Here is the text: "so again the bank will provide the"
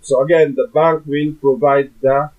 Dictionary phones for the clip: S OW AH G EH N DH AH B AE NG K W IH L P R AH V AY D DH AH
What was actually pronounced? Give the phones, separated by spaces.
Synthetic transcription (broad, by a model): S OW AH G EH N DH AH B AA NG K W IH N P R AH V AY D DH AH